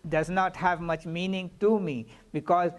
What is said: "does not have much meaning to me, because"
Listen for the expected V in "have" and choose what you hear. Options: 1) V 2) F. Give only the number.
1